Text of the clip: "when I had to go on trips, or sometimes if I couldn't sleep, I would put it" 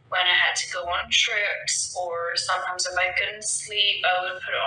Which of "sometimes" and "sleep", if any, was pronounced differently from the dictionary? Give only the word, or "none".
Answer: none